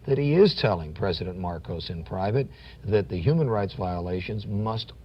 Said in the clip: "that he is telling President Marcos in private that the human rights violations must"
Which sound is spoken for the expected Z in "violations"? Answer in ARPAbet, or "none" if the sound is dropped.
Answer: Z